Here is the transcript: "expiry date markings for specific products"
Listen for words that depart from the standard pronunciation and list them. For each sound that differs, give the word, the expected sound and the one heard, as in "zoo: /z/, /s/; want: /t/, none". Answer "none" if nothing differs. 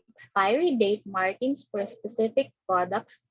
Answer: markings: /z/, /s/